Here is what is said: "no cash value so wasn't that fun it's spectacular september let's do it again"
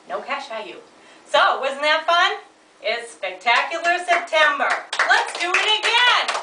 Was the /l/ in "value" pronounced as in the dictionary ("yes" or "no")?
no